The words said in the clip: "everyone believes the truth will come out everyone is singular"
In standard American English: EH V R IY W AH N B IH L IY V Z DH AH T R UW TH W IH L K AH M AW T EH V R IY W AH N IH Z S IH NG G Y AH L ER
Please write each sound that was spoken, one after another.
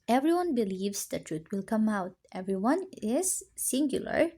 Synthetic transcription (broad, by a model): EH V R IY W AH N B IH L IY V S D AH T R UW T W IH L K AH M AW T EH V R IY W AH N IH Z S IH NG G Y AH L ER